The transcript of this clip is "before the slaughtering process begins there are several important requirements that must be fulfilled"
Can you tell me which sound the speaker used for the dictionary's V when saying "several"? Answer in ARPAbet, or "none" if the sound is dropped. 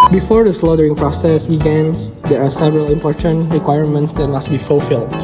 V